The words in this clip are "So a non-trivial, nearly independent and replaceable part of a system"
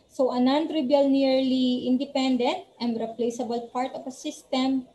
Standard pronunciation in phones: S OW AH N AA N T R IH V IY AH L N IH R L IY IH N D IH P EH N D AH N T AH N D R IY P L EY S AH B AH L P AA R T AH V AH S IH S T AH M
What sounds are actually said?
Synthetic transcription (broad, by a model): S OW AH N AA N T R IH B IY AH L N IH R L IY IH N D IH P EH N D AH N T AH N D R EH P L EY S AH B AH L P AA R T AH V AH S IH S T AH M